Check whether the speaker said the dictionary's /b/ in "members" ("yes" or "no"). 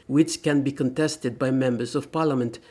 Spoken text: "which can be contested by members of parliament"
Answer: yes